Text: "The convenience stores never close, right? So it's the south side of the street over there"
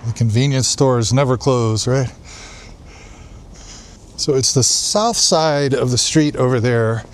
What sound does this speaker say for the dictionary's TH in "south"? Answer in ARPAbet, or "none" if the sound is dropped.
TH